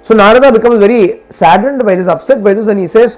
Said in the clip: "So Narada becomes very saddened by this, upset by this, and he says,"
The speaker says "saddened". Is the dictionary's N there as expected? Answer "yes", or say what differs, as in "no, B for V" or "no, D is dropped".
yes